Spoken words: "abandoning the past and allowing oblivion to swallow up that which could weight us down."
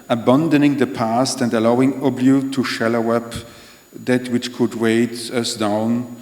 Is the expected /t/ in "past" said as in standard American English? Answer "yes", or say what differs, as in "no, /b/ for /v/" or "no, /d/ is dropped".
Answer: yes